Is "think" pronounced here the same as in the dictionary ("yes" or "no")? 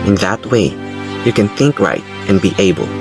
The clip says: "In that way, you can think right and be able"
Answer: yes